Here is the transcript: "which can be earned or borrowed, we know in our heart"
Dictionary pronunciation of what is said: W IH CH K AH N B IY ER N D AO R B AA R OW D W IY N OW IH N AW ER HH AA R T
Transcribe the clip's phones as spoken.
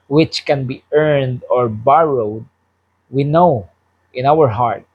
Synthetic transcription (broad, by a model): W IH CH K AH N B IY ER N D AO R B AA R OW D W IY N OW IH N AW ER HH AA R T